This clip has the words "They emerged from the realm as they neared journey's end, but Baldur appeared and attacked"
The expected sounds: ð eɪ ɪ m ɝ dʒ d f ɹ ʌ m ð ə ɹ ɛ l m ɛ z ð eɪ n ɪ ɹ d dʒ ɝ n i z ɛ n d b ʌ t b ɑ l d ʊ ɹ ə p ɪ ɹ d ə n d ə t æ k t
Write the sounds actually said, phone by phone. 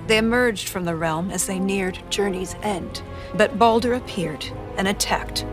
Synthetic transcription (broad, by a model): ð eɪ ɪ m ɝ dʒ d f ɹ ʌ m ð ə ɹ ɛ l m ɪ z ð eɪ n ɪ ɹ d dʒ ɝ n i z ɛ n d b ʌ t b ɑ l d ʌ ɹ ə p ɪ ɹ d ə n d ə t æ k t